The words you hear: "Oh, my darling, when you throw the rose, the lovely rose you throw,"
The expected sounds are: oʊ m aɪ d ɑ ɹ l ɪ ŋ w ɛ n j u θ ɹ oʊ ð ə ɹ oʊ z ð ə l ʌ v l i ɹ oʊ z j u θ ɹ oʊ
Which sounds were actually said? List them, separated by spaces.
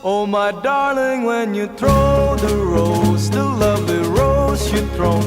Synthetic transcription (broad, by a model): oʊ m aɪ d ɑ ɹ l ɪ ŋ w ɛ n j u θ ɹ oʊ ð ə ɹ oʊ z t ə l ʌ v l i ɹ oʊ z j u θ ɹ oʊ